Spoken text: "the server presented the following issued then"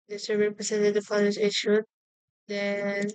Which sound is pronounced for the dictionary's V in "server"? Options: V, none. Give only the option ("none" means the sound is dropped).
none